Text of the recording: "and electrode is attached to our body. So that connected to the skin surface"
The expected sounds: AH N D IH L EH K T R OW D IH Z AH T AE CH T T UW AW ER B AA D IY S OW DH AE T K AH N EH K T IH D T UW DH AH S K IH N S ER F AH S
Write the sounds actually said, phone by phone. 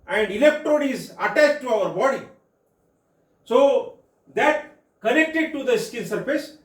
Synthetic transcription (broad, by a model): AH N D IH L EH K T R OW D IH Z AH T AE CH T T UW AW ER B AA D IY S OW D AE T K AH N EH K T IH D T UW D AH S K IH L S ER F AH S